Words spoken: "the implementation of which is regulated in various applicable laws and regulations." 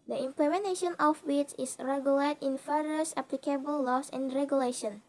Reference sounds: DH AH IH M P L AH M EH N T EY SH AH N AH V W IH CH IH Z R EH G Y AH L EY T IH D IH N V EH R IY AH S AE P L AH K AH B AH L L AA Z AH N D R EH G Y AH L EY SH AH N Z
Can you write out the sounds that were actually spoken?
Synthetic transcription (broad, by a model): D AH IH M P L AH M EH N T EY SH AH N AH F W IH S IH S R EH G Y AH L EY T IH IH N F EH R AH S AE P L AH K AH B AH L L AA S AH N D R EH G Y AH L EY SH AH N